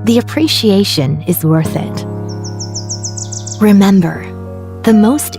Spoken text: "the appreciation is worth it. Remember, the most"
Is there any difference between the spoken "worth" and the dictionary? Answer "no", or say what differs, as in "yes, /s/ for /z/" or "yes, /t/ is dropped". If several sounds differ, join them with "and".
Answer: no